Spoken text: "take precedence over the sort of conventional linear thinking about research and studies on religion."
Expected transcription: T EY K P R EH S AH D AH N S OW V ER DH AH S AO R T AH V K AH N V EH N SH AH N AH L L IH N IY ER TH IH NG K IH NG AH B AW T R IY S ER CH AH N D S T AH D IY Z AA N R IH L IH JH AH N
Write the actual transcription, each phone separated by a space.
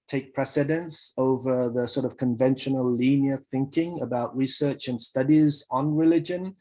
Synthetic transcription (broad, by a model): T EY K P R EH S AH D AH N S OW V ER DH AH S AO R T AH V K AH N V EH N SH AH N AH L L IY N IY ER TH IH NG K IH NG AH B AW T R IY S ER CH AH N S T AH D IY Z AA N R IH L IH JH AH N